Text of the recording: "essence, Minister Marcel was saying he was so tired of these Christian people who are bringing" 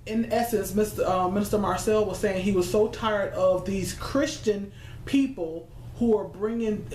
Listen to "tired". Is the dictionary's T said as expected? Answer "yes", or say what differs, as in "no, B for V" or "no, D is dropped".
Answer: yes